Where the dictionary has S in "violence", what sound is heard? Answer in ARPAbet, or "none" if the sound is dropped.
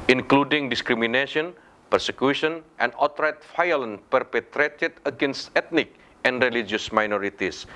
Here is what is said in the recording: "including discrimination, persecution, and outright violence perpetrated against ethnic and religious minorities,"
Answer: none